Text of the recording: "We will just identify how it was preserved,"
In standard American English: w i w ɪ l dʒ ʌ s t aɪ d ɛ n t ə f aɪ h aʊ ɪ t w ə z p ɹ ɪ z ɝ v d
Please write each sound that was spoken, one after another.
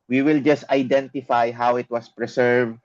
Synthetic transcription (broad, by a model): w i w ɪ l dʒ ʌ s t aɪ d ɛ n t ə f aɪ h aʊ ɪ t w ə s p ɹ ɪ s ɝ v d